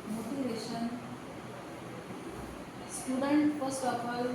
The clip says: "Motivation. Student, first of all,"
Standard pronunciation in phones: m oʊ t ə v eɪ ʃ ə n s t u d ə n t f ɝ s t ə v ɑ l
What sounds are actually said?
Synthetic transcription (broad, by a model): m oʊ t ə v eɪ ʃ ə n s t u d ə n t p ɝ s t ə p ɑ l